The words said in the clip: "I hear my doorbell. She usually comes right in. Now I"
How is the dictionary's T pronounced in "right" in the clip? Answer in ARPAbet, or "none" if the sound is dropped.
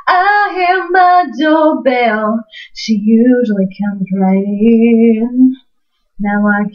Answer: none